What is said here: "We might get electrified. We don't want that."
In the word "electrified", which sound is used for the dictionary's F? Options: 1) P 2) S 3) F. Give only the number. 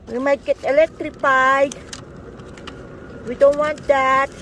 1